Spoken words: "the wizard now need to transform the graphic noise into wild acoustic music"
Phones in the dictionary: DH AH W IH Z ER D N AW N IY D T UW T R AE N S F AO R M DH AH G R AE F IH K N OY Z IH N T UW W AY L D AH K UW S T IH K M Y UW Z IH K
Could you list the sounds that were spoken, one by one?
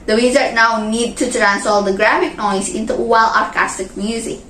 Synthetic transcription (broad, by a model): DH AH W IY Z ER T N AW N IY D T UW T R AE N S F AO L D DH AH G R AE F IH K N OY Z IH N T UW W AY L AH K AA S T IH K M Y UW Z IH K